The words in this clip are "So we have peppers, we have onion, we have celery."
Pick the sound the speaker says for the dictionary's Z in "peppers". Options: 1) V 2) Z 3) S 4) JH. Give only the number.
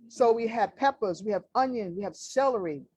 2